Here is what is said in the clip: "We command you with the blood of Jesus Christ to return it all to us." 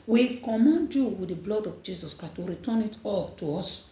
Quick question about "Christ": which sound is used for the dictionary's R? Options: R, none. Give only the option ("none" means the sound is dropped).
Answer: none